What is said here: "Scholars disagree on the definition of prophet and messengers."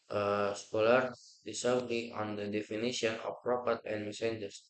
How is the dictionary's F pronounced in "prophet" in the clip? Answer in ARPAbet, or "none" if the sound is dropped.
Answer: P